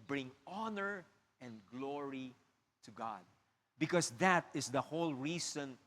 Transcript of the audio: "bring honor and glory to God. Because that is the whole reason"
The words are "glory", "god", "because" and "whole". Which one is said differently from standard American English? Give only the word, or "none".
because